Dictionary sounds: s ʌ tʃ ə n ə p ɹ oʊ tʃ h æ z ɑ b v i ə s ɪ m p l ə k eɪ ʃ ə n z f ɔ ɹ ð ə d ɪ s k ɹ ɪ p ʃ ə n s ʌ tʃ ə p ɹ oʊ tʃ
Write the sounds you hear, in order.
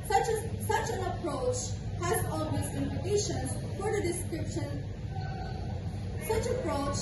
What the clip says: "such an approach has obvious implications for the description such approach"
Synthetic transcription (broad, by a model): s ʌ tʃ ə n ə p ɹ oʊ tʃ h æ z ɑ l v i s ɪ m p ə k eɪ ʃ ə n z f ɔ ɹ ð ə d ɪ s k ɹ ɪ p ʃ ə n s ʌ tʃ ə p ɹ oʊ tʃ